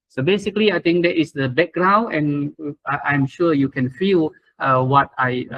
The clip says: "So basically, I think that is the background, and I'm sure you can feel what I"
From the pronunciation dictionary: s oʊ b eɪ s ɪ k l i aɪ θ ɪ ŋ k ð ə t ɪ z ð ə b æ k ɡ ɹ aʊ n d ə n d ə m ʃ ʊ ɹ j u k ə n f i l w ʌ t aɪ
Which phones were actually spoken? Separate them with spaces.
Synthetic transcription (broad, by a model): s oʊ b eɪ s ɪ k l i aɪ t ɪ ŋ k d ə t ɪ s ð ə b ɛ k ɡ ɹ aʊ n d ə n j ə m ʃ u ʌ j u k ə n f i l w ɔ t aɪ